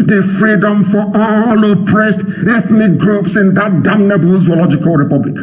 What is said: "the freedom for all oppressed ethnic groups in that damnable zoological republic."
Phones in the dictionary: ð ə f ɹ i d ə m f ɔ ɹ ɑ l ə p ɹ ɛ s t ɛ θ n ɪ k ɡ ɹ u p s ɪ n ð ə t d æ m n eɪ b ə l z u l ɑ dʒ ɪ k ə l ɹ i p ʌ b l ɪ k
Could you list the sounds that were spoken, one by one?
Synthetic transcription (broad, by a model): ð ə f ɹ i d ə m f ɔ l ɑ l ə p ɹ ɛ s t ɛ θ n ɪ k ɡ ɹ u p s ɪ n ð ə t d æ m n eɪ b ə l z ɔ l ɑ dʒ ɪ k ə l ɹ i p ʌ b l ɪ k